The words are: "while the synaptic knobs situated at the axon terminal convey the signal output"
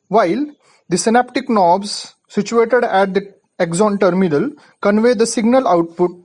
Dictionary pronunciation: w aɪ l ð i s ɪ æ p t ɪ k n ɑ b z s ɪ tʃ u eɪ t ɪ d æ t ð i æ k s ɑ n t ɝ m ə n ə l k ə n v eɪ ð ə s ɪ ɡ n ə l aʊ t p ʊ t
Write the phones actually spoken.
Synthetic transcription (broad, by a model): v aɪ l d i s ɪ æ p t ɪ k n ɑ b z s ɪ tʃ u eɪ t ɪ d æ t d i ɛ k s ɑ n t ɝ m ə n ə l k ə n v eɪ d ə s ɪ ɡ n ə l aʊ t p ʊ t